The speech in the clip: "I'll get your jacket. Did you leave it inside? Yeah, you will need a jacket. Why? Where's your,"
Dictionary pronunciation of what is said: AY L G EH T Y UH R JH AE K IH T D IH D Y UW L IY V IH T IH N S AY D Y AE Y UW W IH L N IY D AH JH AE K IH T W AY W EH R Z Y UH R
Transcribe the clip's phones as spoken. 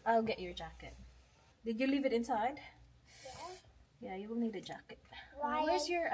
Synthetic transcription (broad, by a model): AY L G EH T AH R JH AE K IH T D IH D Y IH L IY V IH T IH N S AY D Y AE Y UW W IH L N IY D AH JH AE K IH T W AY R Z Y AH R